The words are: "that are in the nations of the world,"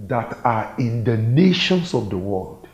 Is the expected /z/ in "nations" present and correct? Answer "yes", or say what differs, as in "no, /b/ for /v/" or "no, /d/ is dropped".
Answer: no, /s/ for /z/